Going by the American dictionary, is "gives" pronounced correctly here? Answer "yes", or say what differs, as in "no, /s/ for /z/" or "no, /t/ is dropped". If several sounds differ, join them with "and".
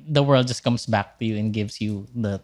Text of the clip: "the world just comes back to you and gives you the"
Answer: no, /s/ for /z/